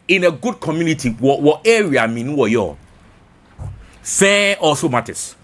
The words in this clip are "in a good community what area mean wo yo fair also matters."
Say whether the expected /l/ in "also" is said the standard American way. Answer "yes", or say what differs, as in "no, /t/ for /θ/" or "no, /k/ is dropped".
no, /l/ is dropped